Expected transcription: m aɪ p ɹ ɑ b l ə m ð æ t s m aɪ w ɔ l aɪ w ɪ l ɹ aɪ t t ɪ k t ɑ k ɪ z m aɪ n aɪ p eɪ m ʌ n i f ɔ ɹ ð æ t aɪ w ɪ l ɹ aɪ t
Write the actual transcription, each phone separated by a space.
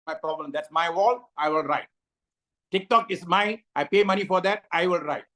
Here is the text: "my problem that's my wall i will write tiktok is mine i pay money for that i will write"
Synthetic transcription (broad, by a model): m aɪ p ɹ ɑ b l ə m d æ t s m aɪ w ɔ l aɪ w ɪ l ɹ aɪ t t ɪ k t ɑ k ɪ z m aɪ aɪ p eɪ m ʌ n i f ɔ ɹ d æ t aɪ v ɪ l ɹ aɪ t